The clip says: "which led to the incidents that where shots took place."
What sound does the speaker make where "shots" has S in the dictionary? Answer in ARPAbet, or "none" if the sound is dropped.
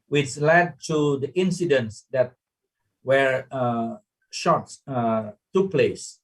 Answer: none